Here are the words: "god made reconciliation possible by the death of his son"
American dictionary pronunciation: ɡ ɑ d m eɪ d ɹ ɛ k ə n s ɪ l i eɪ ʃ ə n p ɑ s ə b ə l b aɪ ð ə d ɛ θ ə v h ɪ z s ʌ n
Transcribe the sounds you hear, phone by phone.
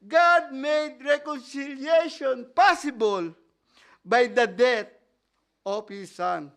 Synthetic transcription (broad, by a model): ɡ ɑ d m eɪ d ɹ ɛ k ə n s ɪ l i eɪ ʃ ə n p ɑ s ə b ə l b aɪ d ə d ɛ t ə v h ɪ s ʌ n